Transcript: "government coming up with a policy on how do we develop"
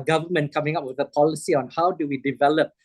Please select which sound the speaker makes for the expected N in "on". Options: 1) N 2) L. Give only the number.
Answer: 1